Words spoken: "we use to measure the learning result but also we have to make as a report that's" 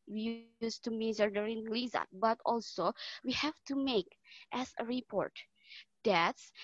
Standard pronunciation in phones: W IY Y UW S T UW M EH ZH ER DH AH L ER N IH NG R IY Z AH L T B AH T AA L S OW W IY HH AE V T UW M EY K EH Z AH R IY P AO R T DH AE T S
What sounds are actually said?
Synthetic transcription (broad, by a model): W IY Y UW S T UW M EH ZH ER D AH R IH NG L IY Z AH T B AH T AA L S OW W IY HH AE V T UW M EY K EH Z AH R IY P AO R T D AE T S